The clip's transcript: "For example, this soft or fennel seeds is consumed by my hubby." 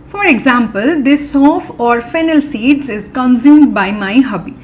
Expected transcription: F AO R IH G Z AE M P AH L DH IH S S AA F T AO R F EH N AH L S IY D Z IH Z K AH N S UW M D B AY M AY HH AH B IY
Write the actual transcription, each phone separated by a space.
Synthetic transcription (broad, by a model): F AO R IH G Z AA M P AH L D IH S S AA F AO R F EH N AH L S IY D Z IH Z K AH N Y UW M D B AY M AY HH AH B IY